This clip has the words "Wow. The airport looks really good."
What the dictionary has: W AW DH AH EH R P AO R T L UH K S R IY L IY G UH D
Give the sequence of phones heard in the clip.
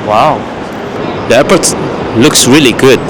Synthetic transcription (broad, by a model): W AW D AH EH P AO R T L UH K S R IY L IY G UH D